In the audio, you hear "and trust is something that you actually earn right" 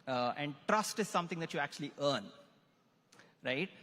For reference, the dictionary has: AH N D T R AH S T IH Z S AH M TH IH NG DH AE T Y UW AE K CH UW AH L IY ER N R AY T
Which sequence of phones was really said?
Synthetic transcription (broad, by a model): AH N D T R AH S T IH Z S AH M T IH NG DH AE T Y UW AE K CH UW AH L IY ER N R AY T